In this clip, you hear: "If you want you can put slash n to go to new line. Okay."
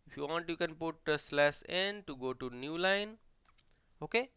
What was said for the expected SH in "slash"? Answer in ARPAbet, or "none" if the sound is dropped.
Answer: S